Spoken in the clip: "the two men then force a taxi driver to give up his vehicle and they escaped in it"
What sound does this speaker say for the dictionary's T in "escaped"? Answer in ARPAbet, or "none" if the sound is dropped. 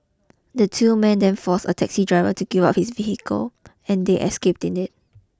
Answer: T